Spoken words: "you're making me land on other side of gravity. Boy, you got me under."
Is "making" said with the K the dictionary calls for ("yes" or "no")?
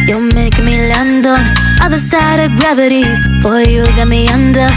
no